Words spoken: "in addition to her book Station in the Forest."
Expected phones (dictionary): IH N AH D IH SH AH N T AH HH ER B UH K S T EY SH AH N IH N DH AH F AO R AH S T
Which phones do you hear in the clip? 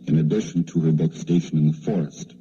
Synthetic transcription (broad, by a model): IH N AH D IH SH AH N T AH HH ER B UH K S T EY SH AH N IH N DH AH F AO R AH S T